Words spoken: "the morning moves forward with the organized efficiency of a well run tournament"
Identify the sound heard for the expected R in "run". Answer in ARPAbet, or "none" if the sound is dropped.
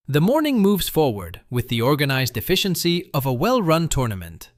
R